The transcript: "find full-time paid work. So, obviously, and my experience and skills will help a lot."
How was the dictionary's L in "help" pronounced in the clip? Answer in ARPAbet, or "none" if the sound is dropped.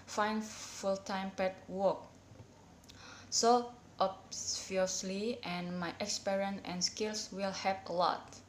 none